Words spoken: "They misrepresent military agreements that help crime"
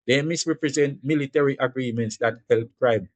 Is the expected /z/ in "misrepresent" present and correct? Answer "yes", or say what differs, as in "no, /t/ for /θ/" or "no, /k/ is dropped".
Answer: yes